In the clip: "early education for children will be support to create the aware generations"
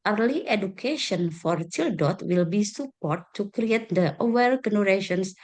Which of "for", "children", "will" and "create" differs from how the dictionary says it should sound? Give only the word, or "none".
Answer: children